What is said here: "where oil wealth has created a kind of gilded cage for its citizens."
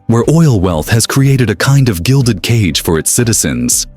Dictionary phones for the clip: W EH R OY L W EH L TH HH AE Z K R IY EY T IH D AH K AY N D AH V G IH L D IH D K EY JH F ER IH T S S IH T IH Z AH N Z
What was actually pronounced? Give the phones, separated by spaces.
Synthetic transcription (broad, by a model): W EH R OY L W EH L TH HH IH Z K R IY EY T IH D AH K AY N D AH V G IH L D IH D K EY JH F ER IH T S S IH T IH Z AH N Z